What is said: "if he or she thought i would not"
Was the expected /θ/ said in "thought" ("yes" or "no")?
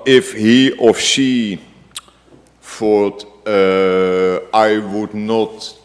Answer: no